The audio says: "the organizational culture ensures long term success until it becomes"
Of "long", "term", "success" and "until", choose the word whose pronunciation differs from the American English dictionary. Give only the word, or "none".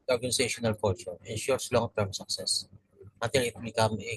until